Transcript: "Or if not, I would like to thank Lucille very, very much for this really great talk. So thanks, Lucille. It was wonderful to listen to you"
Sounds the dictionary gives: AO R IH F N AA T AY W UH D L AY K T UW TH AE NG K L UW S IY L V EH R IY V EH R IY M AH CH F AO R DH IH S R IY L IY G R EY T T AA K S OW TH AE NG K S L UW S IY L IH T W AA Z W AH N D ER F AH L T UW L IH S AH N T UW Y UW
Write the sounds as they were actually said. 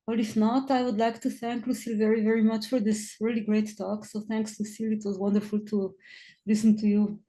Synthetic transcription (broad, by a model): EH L IH F N AA T AY W UH D L AY K T UW TH AE NG K L UW S IY L V EH R IY V EH R IY M AH CH F AO R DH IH S R IY L IY G R EY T T AA K S OW TH AE NG K S L UW S IY L IH T W AA Z W AH N D ER F AH L T UW L IH S AH N T UW Y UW